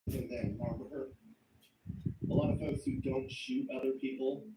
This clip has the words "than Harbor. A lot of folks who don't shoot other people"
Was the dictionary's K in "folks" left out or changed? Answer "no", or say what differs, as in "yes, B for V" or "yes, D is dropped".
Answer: yes, K is dropped